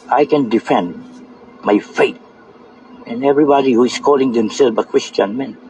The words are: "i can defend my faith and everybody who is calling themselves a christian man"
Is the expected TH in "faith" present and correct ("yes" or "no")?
no